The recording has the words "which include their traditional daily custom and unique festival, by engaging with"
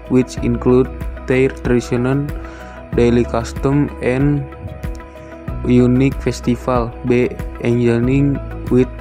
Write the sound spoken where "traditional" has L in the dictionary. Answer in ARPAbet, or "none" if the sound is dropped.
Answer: N